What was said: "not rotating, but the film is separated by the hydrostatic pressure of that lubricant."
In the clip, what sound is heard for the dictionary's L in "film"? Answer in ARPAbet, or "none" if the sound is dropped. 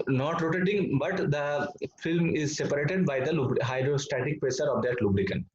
L